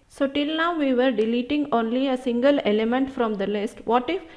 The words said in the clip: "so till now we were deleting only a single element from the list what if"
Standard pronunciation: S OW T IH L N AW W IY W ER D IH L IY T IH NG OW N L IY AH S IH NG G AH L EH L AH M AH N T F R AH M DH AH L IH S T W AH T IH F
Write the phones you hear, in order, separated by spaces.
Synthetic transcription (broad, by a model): S OW T IH L N AW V IY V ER D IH L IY T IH NG OW N L IY AH S IH NG G AH L EH L AH M AH N T F R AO M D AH L IH S T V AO T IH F